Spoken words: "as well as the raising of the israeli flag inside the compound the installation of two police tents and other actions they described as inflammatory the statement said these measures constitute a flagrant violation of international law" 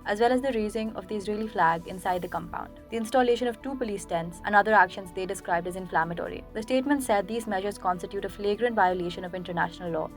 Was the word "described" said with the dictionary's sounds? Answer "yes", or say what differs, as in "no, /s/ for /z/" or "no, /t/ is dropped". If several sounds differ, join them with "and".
yes